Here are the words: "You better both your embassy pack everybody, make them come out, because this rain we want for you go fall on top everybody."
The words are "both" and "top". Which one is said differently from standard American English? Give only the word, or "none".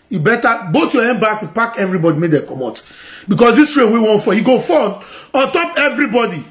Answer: both